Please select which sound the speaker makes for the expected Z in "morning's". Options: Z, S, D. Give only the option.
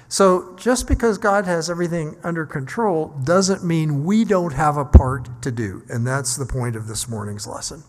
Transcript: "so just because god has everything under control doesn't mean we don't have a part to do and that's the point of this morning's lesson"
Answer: Z